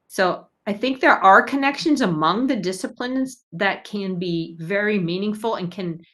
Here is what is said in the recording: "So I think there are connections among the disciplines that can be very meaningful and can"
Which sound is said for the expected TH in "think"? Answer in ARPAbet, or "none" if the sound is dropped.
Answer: TH